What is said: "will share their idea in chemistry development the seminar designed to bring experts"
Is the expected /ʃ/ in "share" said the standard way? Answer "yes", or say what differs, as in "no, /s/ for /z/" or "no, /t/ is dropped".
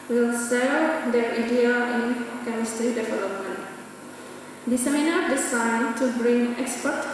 no, /s/ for /ʃ/